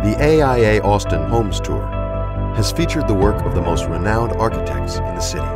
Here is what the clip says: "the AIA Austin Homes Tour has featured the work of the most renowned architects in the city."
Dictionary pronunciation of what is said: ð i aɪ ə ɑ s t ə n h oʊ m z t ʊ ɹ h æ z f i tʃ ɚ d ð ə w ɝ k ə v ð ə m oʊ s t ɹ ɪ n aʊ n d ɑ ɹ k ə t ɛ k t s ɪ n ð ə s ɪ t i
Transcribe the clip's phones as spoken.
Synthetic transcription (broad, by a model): ð i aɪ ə ɑ s t ə n h oʊ m z t ʊ ɹ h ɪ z f i tʃ ɚ d ð ə w ɝ k ə v ð ə m oʊ s t ɹ ɪ n aʊ n d ɑ ɹ k ə t ɛ k t s ɪ n ð ə s ɪ t i